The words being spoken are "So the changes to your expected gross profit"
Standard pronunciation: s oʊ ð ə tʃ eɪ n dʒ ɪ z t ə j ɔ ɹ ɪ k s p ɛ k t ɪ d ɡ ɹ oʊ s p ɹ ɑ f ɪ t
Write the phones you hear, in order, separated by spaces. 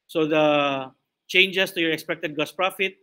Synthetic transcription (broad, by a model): s oʊ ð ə tʃ eɪ n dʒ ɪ s t ə j ɔ ɹ ɪ k s p ɛ k t ɪ d ɡ oʊ s p ɹ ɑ f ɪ t